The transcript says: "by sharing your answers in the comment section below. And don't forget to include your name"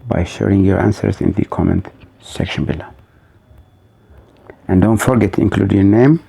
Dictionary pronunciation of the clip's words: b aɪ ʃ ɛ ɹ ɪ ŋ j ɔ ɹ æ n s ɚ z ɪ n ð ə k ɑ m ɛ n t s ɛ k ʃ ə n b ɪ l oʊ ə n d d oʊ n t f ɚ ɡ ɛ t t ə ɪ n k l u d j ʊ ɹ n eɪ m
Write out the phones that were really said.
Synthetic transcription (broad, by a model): b aɪ ʃ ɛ ɹ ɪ ŋ j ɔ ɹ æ n s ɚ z ɪ n ð ə k ɑ m ɛ n t s ɛ k ʃ ə n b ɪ l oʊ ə n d d oʊ n t f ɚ ɡ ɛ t t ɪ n k l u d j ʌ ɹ n eɪ m